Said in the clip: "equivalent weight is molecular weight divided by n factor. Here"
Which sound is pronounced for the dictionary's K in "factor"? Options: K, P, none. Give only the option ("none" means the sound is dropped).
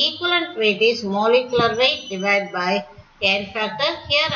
none